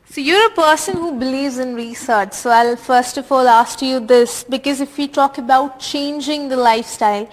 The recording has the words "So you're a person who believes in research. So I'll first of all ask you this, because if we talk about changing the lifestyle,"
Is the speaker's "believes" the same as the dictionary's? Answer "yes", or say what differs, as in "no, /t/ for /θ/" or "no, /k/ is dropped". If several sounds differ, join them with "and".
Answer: yes